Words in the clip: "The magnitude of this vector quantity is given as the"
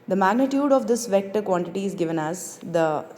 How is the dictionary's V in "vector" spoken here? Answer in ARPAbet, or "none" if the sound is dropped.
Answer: V